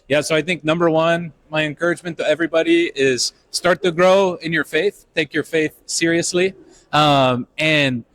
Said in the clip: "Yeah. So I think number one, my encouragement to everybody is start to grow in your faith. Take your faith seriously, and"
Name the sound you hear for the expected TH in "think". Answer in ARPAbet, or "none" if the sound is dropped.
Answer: TH